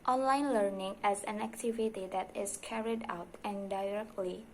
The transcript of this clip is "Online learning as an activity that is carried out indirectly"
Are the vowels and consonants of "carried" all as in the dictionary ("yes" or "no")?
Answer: yes